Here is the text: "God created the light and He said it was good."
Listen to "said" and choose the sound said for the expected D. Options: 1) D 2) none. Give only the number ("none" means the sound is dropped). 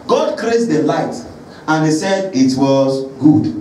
1